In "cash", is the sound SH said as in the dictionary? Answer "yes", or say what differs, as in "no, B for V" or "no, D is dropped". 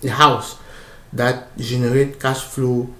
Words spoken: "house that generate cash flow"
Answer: no, S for SH